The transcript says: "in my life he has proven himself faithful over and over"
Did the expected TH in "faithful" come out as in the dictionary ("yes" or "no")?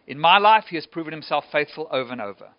yes